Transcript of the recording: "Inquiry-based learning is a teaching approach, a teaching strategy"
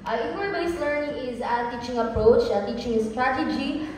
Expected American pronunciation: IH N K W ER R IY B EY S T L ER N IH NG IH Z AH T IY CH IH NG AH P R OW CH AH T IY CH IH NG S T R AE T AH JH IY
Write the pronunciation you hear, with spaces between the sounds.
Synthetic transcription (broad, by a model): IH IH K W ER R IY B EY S L ER N IH NG IH Z AH T IY CH IH NG AH P R OW CH AH T IY CH IH NG S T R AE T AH JH IY